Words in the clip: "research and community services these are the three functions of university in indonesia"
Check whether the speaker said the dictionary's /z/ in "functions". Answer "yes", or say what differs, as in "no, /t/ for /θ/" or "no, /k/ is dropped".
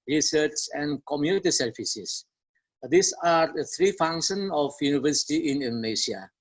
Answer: no, /z/ is dropped